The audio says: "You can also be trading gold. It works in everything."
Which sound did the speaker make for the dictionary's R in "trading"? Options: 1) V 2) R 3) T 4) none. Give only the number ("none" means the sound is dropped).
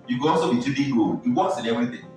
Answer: 4